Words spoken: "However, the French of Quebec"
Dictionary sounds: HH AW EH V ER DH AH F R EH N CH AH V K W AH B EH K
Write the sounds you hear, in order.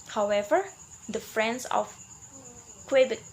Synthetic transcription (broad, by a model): HH AW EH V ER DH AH F R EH N S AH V K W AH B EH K